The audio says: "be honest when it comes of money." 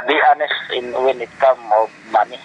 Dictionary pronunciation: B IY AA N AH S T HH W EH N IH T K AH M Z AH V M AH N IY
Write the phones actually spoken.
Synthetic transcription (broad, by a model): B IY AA N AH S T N W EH N IH T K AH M AH M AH N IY